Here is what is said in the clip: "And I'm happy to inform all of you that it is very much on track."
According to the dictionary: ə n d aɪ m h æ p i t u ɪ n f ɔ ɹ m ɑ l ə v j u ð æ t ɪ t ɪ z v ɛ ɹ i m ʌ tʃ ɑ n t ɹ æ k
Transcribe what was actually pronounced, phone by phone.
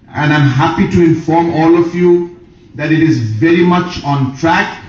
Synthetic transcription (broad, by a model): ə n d aɪ m h æ p i t u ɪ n f ɔ ɹ m ɑ l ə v j u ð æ t ɪ t ɪ z v ɛ ɹ i m ʌ tʃ ɑ n t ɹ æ k